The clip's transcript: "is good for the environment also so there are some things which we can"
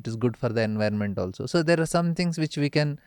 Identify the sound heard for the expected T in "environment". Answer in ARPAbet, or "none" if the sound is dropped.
T